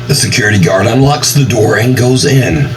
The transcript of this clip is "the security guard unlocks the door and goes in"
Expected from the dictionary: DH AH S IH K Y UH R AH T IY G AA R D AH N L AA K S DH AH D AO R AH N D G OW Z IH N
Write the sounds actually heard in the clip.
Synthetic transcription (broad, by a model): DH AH S IH K Y UH R AH T IY G AA R D AH N L AA K S DH AH D AO R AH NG G OW Z IH N